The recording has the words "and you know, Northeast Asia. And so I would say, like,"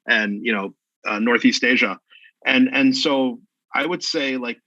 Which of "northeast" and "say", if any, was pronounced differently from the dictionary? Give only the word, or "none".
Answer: none